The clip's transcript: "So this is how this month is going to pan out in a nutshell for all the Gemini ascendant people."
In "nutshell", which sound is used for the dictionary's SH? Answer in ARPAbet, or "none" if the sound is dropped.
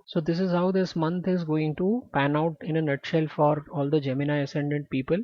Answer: SH